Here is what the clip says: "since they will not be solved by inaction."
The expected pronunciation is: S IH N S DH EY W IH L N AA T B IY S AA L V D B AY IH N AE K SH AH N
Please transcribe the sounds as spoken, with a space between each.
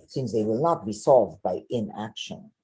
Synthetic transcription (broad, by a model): S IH N S DH EY W IH L N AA T B IY S AA L V D B AY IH N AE K SH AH N